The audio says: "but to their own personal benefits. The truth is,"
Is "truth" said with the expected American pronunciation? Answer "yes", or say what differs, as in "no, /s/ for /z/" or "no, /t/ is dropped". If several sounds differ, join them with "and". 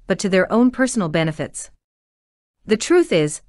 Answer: yes